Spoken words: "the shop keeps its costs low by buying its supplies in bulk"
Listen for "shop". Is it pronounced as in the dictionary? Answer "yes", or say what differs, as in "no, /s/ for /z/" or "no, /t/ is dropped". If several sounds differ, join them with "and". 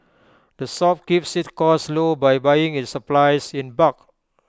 no, /s/ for /ʃ/